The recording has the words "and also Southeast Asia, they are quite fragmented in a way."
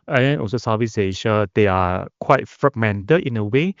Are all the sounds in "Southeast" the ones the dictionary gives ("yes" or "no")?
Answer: no